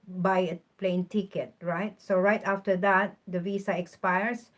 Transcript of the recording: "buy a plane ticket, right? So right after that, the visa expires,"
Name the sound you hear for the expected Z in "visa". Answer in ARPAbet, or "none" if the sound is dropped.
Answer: S